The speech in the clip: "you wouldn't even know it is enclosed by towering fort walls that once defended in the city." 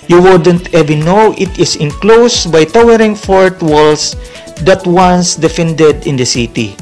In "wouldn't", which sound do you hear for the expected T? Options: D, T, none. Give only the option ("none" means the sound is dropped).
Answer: T